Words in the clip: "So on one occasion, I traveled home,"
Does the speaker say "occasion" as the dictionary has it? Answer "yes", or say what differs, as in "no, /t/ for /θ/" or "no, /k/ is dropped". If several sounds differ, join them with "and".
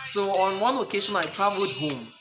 no, /ʃ/ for /ʒ/